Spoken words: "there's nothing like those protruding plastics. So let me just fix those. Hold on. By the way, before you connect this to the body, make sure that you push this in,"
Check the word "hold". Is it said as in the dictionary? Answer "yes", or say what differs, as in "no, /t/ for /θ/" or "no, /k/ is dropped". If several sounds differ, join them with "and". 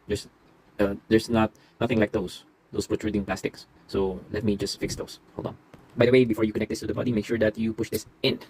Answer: no, /d/ is dropped